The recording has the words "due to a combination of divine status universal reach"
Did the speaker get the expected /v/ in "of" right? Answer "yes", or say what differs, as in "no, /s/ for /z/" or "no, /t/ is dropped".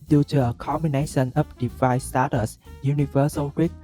no, /p/ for /v/